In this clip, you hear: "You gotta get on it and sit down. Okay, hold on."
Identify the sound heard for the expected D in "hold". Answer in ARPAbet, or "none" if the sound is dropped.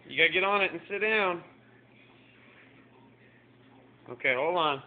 none